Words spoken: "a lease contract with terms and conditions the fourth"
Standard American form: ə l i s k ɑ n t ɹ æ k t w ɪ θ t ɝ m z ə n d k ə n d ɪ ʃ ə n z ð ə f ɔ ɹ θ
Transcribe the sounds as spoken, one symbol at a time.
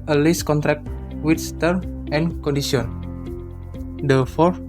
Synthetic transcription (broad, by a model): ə l i s k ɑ n t ɹ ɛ k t w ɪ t t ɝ m ə n k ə n d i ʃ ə n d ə f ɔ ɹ